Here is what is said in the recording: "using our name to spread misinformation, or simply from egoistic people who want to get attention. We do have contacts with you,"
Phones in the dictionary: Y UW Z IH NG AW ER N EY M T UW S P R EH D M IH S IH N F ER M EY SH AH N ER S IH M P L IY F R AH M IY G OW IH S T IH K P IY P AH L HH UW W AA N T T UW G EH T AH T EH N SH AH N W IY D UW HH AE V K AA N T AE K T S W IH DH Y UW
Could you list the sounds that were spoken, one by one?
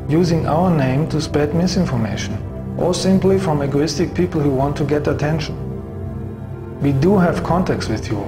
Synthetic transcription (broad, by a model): Y UW Z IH NG AW ER N EY M T UW S P EH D M IH S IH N F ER M EY SH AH N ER S IH M P L IY F R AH M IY G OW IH S T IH K P IY P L HH UW W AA N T T UW G EH T AH T EH N SH AH N W IY D UW HH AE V K AA N T AE K T S W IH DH Y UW